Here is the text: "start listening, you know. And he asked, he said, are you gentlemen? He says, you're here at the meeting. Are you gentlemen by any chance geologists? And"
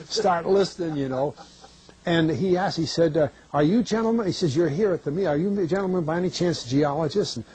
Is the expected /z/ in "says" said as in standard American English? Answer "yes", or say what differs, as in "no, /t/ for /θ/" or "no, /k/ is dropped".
yes